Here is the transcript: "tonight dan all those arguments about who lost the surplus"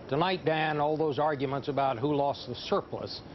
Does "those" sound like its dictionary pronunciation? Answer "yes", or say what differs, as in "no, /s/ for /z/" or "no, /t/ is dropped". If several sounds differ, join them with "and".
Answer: yes